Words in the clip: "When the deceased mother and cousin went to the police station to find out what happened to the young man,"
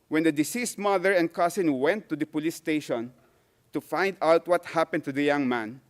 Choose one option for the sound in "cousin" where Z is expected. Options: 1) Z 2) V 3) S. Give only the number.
3